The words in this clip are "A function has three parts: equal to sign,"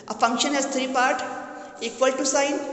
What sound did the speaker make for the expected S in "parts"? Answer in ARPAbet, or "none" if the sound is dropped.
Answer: none